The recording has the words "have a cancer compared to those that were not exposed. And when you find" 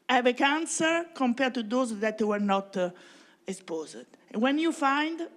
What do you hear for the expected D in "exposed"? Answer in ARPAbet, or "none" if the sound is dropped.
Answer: none